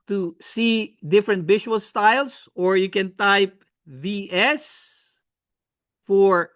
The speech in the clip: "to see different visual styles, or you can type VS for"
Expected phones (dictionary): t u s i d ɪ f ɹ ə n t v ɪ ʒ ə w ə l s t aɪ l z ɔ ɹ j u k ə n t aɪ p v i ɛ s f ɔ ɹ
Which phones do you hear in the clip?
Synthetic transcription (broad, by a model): t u s i d ɪ f ɹ ə n t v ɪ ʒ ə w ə l s t aɪ l s ɔ ɹ j u k ə n t aɪ p v i ɛ s f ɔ ɹ